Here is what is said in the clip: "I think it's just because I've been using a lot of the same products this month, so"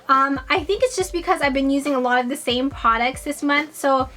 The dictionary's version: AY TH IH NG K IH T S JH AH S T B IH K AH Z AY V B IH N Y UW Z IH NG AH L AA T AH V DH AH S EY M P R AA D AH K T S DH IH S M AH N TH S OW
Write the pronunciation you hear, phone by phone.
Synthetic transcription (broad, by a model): AY TH IH NG K IH T S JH AH S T B IH K AH Z AY V B IH N Y UW Z IH NG AH L AA T AH V DH AH S EY M P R AA D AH K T S DH IH S M AH N TH S OW